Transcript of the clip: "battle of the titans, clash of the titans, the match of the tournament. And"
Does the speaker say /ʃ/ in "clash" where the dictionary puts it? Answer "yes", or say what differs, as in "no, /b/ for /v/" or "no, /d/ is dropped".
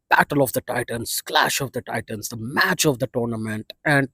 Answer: yes